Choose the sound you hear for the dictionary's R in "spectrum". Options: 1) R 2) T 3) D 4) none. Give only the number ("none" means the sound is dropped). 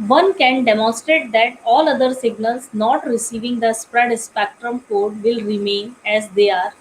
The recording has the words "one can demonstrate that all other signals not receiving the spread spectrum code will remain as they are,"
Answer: 1